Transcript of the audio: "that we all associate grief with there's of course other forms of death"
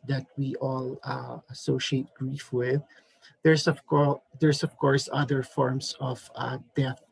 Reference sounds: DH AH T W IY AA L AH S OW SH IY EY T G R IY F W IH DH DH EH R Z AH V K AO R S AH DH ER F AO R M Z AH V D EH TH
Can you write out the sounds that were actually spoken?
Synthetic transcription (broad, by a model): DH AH T W IY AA L AH S OW SH IY EY T G R IY F W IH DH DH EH R S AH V K AO R S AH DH ER F AO R M S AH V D EH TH